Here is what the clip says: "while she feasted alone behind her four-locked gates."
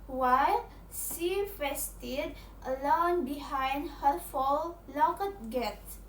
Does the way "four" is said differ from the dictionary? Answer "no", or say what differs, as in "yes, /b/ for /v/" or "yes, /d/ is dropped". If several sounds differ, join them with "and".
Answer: yes, /l/ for /ɹ/